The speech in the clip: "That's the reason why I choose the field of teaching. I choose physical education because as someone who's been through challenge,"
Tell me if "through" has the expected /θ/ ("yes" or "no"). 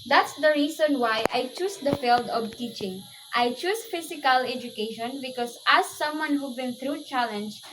no